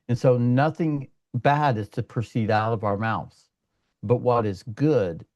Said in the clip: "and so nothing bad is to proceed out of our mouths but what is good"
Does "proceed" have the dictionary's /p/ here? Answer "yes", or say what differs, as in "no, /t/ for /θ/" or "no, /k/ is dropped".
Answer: yes